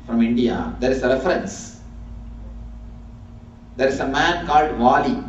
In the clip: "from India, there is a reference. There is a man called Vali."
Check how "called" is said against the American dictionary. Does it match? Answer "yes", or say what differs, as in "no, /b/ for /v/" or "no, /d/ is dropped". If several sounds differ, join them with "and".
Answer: yes